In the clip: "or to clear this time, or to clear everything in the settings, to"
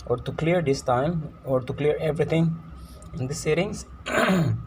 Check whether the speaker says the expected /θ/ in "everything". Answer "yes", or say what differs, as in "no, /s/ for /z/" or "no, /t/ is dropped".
no, /t/ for /θ/